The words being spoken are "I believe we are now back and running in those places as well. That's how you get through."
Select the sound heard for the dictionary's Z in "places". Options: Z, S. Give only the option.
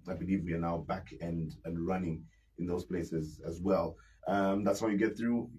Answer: Z